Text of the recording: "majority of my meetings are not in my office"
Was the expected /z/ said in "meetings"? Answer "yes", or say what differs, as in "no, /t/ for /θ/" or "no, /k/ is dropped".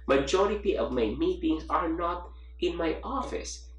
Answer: no, /s/ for /z/